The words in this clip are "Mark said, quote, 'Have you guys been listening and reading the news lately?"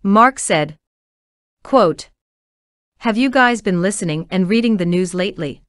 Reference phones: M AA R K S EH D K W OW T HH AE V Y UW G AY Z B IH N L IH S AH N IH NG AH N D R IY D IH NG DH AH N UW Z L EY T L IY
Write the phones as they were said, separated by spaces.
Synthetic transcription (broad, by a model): M AA R K S EH D K W OW T HH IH V Y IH G AY Z B IH N L IH S AH N IH NG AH N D R IY D IH NG DH AH N UW Z L EY T L IY